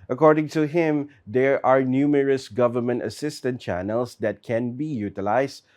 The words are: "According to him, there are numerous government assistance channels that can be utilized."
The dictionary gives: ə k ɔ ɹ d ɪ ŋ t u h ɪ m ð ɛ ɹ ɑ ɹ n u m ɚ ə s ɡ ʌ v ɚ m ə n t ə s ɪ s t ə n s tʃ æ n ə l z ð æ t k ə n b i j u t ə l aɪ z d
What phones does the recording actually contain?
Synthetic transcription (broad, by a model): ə k ɔ ɹ d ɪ ŋ t u h ɪ m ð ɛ ɹ ɑ ɹ n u m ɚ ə s ɡ ʌ v ɚ m ə n t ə s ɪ s t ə n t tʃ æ n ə l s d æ t k ə n b i j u t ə l aɪ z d